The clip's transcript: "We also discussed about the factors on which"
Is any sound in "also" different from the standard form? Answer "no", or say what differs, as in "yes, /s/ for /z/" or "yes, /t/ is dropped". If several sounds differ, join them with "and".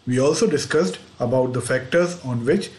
no